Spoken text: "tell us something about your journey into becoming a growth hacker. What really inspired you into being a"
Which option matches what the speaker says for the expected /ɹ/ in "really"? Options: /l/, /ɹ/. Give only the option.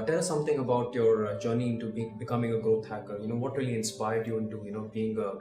/ɹ/